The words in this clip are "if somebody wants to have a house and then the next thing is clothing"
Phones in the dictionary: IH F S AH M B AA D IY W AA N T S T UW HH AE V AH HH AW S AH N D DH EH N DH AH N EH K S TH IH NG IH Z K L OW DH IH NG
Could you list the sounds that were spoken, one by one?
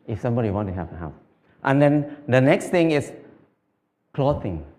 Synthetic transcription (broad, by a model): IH F S AH M B AA D IY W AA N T T UW HH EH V AH HH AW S AH N D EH N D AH N EH K S T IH NG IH S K L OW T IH NG